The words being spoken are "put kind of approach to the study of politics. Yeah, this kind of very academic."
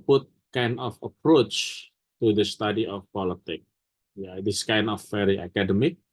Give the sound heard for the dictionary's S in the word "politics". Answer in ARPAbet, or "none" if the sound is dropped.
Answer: none